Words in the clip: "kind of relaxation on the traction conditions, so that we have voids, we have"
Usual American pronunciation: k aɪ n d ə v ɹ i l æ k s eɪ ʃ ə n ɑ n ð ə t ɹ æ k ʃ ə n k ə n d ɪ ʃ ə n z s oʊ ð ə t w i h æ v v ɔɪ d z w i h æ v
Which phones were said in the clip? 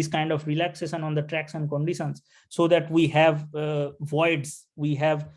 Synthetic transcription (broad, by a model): k aɪ n d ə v ɹ i l æ k s eɪ ʃ ə n ɑ n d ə t ɹ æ k s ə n k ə n d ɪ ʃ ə n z s oʊ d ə t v i h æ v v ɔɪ d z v i h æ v